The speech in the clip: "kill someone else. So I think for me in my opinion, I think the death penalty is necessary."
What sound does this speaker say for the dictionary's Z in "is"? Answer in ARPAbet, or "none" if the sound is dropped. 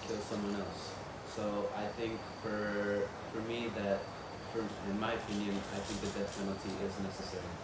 Z